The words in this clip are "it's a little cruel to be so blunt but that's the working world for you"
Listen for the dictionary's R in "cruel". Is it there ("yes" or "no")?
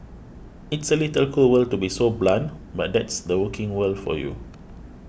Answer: no